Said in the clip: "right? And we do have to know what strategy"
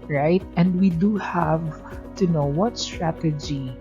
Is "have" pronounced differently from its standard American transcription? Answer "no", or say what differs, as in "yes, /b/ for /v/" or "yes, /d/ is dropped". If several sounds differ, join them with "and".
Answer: no